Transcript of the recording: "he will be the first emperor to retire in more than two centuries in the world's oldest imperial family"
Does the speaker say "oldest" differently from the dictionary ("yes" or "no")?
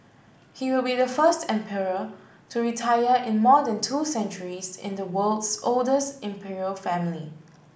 no